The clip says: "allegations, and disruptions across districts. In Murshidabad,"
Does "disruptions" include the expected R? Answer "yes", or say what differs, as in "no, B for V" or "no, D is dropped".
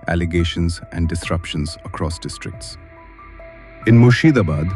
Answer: yes